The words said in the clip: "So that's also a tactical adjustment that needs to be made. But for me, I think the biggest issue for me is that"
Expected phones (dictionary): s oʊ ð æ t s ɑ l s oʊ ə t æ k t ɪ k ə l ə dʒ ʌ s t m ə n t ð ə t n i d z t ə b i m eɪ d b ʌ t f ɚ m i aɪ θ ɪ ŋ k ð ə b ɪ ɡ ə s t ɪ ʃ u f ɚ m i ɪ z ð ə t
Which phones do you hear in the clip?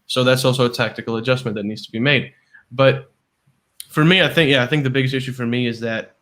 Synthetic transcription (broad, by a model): s oʊ ð æ t s ɑ l s oʊ ə t æ k t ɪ k l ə dʒ ʌ s m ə n ð ə t n i d z t ə b i m eɪ d b ʌ t f ɚ m i aɪ θ ɪ ŋ k ð ə b ɪ ɡ ə s t ɪ ʃ u f ɚ m i ɪ z ð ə t